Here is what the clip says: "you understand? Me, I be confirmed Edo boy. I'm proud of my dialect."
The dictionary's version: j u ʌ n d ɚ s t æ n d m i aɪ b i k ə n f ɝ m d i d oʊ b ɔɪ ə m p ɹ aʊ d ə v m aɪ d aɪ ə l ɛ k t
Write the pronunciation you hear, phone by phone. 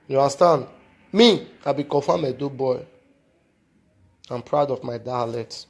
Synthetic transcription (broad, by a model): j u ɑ s t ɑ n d m i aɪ b i k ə f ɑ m ɛ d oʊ b ɔɪ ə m p ɹ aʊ d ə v m aɪ d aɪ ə l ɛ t